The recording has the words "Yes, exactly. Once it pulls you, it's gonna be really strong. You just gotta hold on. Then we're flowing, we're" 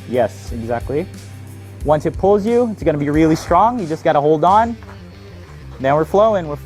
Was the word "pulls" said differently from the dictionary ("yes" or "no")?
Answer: no